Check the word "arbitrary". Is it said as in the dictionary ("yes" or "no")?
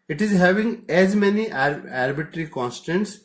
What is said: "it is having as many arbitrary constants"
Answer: no